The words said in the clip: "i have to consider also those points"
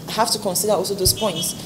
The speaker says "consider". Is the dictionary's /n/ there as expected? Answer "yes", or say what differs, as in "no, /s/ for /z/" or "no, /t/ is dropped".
yes